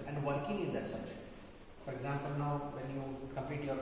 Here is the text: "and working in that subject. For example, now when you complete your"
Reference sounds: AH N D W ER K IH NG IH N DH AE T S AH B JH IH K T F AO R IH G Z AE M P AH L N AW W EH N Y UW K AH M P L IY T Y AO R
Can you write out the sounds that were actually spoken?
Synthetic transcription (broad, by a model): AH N D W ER K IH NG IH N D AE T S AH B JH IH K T F AO R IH G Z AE M P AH L N AW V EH N Y UW K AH M P IY T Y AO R